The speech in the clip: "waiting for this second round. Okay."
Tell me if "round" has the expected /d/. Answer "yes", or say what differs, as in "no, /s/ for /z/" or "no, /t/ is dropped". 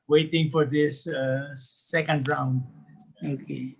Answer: yes